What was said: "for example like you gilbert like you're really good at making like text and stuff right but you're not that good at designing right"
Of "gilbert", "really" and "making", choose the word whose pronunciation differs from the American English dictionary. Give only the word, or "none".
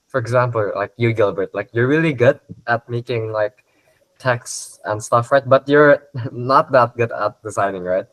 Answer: none